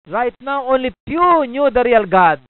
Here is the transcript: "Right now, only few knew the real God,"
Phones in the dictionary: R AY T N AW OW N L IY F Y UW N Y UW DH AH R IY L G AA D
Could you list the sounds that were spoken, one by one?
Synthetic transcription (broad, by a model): R AY T N AW OW N L IY P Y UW N Y UW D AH R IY L G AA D